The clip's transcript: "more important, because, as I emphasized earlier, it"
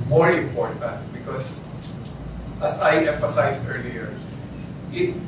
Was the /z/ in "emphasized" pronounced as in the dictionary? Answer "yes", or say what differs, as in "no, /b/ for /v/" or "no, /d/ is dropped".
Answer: no, /s/ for /z/